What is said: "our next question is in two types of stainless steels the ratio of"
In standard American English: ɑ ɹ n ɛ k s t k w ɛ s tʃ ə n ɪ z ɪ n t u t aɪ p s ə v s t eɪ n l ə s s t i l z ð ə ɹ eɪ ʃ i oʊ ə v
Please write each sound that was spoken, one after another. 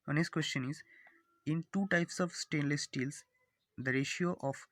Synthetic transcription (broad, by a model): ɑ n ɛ s t k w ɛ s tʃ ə n ɪ z ɪ n t u t aɪ p s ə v s t eɪ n l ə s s t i l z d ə ɹ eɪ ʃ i oʊ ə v